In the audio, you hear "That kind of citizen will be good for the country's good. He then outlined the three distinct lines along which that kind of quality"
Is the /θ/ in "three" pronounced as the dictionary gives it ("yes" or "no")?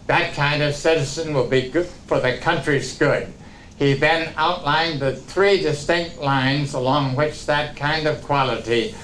yes